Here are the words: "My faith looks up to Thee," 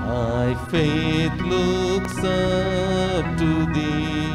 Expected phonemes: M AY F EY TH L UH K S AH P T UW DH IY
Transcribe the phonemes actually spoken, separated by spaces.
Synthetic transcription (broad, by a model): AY F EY T L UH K S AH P T UW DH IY